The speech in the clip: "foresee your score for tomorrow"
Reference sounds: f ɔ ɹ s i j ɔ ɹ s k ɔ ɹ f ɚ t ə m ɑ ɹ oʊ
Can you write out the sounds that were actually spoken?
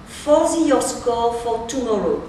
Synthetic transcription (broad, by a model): f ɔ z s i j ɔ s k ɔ l f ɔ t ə m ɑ ɹ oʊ